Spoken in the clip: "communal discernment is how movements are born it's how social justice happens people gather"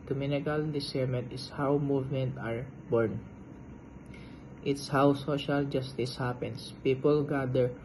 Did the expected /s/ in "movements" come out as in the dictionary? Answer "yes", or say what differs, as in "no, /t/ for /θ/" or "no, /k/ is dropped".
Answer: no, /s/ is dropped